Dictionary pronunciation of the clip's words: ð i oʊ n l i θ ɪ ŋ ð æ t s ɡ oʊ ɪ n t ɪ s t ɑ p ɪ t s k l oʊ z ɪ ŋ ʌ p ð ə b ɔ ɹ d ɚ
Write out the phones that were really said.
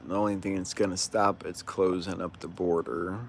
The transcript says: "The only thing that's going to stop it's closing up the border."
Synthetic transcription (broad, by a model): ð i oʊ n l i θ ɪ ŋ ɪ t s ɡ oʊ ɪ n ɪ s t ɑ p ɪ t s k l oʊ z ɪ ŋ ʌ p ð ə b ɔ ɹ d ɚ